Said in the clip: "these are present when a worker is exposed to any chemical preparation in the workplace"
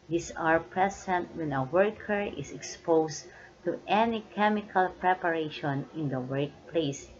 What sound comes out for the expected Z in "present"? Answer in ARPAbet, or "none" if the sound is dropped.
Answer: S